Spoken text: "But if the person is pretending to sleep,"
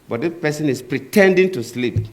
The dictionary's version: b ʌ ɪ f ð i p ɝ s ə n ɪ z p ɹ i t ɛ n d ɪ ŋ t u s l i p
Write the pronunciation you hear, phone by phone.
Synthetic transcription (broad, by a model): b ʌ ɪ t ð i p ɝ s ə n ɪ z p ɹ i t ɛ n d ɪ ŋ t u s l i p